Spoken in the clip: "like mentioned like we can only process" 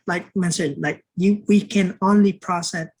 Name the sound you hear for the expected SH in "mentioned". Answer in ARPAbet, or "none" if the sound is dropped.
S